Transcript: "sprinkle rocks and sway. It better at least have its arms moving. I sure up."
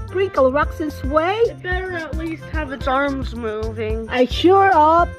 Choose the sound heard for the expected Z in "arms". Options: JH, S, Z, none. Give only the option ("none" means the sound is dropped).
Z